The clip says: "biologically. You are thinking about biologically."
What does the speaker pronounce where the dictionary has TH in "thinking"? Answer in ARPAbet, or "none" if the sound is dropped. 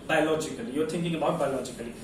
T